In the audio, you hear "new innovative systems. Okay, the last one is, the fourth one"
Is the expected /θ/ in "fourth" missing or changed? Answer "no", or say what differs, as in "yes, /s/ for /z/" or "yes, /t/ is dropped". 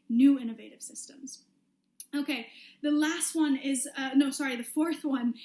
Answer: no